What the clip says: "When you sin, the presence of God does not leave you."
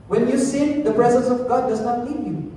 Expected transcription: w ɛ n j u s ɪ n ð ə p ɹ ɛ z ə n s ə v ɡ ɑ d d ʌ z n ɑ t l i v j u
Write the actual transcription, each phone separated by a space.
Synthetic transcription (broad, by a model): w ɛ n j u s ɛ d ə p ɹ ɛ z ə n s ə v ɡ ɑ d d ʌ z n ɑ t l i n j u